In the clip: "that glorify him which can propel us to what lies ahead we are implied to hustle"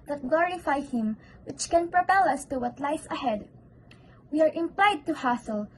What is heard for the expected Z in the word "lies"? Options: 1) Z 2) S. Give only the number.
2